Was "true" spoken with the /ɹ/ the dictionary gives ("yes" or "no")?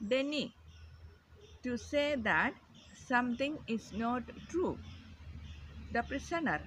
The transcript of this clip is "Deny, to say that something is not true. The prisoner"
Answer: yes